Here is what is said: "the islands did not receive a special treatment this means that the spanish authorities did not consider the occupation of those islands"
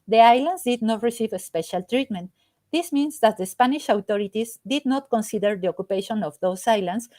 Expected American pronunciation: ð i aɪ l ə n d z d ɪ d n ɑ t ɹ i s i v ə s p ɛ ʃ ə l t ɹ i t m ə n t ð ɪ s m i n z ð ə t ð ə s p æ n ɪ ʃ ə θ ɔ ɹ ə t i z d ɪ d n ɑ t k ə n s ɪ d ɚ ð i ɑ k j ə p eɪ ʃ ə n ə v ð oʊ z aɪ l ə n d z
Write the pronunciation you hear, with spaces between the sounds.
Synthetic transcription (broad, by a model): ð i aɪ l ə n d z d ɪ d n ɑ t ɹ i s i v ə s p ɛ ʃ ə l t ɹ i t m ə n t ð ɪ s m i n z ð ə t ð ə s p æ n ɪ ʃ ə t ɔ ɹ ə t i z d ɪ d n ɑ t k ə n s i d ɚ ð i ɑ k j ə p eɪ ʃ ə n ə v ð oʊ s aɪ l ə n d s